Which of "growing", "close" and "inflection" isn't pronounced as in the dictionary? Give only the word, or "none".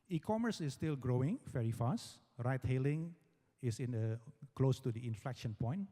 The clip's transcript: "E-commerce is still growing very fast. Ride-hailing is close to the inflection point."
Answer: none